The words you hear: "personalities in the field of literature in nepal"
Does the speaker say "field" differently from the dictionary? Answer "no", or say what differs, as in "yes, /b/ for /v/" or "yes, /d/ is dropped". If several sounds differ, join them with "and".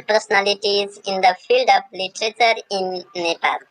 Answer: no